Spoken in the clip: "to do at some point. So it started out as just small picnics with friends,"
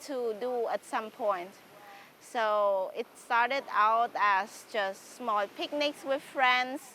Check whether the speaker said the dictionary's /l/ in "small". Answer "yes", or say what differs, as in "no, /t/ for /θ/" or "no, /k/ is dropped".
yes